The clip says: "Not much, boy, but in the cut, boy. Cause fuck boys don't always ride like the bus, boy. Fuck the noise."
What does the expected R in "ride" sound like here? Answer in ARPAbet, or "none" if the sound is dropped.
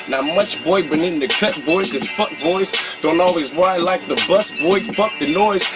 W